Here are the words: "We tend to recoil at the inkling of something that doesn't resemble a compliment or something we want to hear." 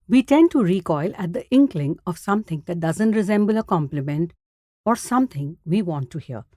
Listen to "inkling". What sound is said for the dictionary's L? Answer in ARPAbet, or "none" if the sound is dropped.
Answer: L